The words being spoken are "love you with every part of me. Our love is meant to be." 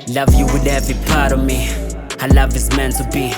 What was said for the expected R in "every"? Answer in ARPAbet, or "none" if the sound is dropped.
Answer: none